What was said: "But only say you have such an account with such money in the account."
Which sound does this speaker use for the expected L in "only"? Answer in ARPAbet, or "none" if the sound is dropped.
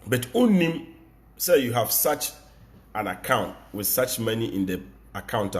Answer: none